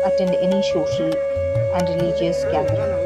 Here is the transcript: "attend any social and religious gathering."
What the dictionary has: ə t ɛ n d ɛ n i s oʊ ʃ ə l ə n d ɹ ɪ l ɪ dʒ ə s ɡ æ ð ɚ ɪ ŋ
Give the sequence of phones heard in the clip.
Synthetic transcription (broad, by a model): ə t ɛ n d ɛ n i ʃ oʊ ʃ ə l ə n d ɹ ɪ l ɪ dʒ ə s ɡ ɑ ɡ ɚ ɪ